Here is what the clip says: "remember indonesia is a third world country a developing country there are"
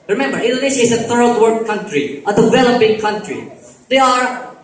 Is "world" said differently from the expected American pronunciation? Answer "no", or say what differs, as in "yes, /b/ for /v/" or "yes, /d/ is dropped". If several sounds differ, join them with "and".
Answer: yes, /l/ is dropped